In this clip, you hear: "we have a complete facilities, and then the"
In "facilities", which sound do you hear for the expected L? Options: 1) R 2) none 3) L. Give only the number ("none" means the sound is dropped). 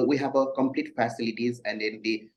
3